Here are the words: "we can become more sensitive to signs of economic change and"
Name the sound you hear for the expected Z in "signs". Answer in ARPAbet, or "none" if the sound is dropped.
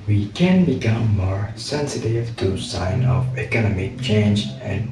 none